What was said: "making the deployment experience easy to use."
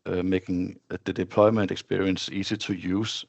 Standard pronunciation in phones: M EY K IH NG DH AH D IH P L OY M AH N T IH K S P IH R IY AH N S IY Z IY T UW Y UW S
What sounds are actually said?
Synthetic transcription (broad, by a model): M EY K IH NG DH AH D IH P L OY M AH N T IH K S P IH R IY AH N S IY S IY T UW Y UW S